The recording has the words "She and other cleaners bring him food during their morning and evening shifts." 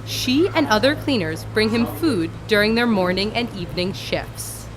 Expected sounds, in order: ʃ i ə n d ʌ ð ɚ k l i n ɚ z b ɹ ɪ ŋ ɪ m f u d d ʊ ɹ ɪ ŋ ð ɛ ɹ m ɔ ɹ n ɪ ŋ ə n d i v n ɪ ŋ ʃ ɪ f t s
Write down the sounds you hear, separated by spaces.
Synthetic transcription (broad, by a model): ʃ i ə n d ʌ ð ɚ k l i n ɚ z b ɹ ɪ ŋ ɪ m f u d d ʊ ɹ ɪ ŋ ð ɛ ɹ m ɔ ɹ n ɪ ŋ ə n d i v n ɪ ŋ ʃ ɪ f s